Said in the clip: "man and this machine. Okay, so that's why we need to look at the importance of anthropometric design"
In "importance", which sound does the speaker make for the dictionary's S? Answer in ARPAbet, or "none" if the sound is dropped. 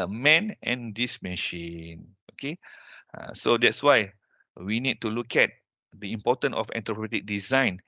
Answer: none